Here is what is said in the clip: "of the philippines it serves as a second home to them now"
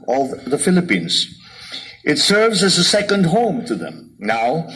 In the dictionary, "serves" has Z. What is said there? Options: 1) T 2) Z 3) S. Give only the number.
2